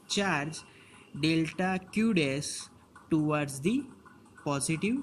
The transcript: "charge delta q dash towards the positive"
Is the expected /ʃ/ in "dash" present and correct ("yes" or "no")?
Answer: no